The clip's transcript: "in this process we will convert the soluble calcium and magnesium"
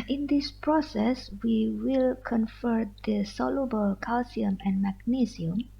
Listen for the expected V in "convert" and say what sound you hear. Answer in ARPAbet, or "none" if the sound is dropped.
F